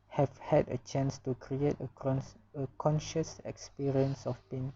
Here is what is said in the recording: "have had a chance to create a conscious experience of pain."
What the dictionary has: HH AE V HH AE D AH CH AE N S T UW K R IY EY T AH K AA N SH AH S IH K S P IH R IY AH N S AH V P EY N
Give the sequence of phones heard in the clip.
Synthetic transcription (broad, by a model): HH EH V HH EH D AH CH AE N S T UW K R IY EY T AH K AA N SH AH S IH K S P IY R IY AH N S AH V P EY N